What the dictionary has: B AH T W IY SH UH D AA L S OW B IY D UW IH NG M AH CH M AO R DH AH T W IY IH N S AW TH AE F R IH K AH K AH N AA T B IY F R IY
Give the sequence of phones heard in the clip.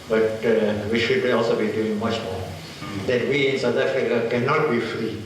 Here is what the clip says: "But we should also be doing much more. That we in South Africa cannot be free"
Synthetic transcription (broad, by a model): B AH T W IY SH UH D AA L S OW B IY D UW IH NG M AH CH M AO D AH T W IY IH N S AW T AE F R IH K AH K AH N AA T B IY F R IY